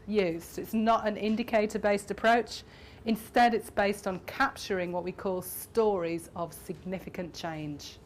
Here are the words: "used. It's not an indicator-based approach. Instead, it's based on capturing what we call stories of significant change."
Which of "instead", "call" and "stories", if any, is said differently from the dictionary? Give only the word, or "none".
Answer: none